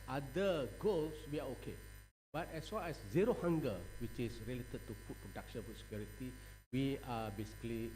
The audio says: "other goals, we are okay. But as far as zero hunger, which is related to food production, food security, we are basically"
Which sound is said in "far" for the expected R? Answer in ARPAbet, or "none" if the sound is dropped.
L